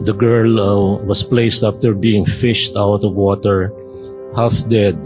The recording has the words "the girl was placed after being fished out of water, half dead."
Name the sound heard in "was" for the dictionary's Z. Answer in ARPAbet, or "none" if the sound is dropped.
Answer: S